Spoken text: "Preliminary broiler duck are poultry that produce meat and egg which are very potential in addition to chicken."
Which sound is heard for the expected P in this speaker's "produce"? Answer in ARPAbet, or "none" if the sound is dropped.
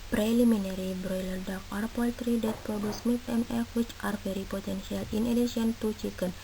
P